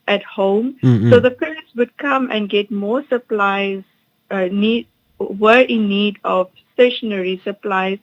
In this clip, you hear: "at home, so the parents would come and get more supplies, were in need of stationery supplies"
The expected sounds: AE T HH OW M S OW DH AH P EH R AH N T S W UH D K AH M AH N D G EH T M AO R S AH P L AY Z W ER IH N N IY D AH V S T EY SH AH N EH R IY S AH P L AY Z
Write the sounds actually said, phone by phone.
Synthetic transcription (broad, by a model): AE T HH OW M S OW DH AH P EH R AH T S W UH D K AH M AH N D G EH T M AO S AH P L AY Z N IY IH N N IY D AH V S T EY SH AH N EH R IY S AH P L AY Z